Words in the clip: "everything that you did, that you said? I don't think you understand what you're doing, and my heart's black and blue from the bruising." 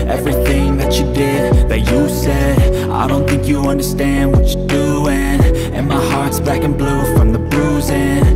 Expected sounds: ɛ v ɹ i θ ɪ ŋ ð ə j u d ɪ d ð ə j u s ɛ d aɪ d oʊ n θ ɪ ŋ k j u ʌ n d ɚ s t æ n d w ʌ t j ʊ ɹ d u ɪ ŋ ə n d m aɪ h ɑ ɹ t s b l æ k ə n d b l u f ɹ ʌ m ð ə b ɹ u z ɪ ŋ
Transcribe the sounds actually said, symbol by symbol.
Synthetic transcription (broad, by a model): ɛ v ɹ i θ ɪ ŋ ð ə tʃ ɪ d ɪ d ð ə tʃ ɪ s ɛ d aɪ d oʊ n θ ɪ ŋ k j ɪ ʌ n d ɚ s t æ n d w ʌ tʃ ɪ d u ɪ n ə n m aɪ h ɑ ɹ t s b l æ k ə n b l u f ɹ ʌ m ð ə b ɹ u z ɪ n